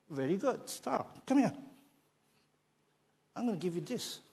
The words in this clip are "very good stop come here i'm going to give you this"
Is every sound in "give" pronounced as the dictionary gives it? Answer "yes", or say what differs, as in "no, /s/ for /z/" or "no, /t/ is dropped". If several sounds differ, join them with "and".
yes